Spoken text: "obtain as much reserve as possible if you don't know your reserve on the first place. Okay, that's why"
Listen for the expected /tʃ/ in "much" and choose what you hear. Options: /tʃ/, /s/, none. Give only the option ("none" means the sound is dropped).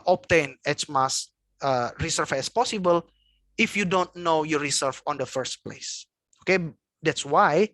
/s/